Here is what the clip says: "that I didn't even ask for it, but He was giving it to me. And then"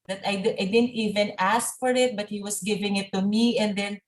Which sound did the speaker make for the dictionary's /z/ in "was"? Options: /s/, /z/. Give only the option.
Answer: /s/